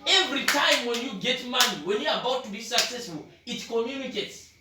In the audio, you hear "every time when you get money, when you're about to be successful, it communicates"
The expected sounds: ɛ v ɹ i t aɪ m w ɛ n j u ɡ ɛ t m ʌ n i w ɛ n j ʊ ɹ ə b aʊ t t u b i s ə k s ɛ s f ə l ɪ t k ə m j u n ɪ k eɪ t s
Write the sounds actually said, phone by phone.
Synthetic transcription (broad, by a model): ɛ v ɹ i t aɪ m w ɛ n j u ɡ ɛ t m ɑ n i w ɛ n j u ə b aʊ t t u b i s ə k s ɛ s f ə l ɪ t k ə m j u n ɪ k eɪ t s